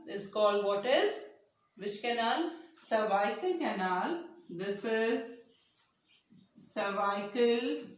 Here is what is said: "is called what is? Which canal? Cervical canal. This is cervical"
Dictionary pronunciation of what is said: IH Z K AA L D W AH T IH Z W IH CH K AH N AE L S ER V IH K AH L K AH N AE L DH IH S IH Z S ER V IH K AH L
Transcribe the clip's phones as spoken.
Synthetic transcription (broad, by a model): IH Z K AA L D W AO T IH Z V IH SH K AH N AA L S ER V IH K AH L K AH N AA L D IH S IH Z S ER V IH K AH L